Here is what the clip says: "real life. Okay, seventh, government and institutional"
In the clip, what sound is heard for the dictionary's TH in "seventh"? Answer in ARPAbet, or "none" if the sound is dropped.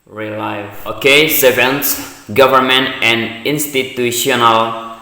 S